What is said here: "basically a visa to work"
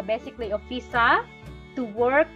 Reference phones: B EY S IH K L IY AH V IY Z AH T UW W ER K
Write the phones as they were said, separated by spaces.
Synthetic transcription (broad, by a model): B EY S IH K L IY AH F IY S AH T UW W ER K